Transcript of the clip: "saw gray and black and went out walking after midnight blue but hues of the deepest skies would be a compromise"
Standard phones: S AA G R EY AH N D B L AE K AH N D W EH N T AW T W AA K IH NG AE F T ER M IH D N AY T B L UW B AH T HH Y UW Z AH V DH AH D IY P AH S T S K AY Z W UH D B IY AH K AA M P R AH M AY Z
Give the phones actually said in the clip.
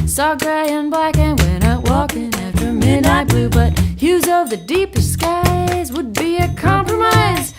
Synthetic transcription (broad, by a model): S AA G R EY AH N B L AE K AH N W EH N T AW T W AA K IH NG AE F T ER M IH D N AY T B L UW B AH T HH Y UW Z AH V DH AH D IY P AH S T S K AY Z W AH D B IY AH K AA M P R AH M AY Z